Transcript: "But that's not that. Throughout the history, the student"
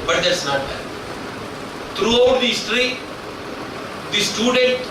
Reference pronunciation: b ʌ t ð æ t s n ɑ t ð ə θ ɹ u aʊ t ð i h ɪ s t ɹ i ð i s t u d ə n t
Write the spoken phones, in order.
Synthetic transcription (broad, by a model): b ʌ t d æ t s n ɑ t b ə t ɹ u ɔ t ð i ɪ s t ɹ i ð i s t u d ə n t